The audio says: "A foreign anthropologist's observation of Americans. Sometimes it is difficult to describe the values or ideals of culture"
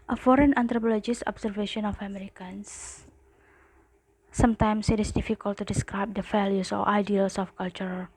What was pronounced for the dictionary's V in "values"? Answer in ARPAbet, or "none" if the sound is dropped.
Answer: F